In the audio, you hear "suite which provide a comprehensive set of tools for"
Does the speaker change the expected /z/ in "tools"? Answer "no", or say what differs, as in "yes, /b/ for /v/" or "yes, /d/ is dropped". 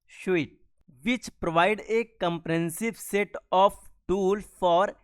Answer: yes, /z/ is dropped